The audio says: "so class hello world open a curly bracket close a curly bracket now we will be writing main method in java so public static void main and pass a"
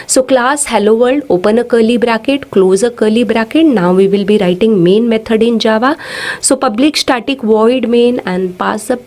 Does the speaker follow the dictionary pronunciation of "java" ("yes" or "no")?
yes